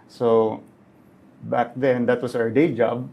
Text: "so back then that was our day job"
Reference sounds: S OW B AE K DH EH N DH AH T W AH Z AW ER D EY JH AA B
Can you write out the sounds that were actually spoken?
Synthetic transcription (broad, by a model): S OW B AE K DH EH N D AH T W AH S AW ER D EY JH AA B